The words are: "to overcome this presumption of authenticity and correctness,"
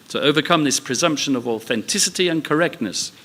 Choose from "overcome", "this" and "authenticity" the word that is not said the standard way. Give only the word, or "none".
none